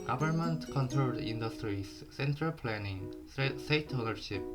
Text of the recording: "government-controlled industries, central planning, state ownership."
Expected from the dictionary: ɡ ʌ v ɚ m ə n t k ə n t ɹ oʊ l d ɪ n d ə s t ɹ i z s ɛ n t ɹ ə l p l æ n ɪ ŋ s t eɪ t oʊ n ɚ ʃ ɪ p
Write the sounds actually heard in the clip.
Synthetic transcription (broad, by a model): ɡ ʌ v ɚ m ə n t k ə n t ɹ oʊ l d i n d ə s t ɹ i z s ɛ n t ɹ ə l p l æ n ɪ ŋ s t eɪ t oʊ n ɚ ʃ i p